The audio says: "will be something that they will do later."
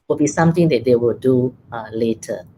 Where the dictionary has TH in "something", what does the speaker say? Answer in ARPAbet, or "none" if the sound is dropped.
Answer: T